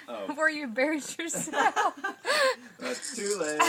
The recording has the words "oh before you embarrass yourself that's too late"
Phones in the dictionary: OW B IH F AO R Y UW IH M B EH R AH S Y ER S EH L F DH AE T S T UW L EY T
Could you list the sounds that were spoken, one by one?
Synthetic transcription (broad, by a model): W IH R Y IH B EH R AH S Y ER S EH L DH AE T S T UW L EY